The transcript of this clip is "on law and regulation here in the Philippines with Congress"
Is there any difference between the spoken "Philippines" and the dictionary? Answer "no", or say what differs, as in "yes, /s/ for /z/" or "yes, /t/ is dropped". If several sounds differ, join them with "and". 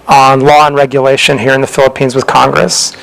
no